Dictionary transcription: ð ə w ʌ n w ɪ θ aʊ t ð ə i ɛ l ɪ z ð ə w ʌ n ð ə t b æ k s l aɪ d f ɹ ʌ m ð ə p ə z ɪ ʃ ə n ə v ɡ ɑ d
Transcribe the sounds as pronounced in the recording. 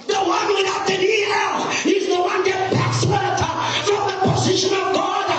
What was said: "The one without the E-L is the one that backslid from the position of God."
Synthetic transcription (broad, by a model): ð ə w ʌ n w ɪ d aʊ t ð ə i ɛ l ɪ z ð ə w ʌ n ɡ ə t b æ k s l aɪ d f ɹ ʌ m ð ə p ə z ɪ ʃ ə n ə v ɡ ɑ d